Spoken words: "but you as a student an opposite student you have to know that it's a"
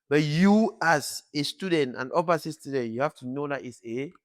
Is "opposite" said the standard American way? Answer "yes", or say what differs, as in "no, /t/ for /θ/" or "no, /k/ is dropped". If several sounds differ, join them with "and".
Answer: no, /s/ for /z/